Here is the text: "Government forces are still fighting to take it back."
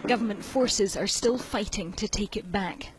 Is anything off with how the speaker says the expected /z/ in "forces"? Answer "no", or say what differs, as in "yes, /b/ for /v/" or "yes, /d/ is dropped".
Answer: no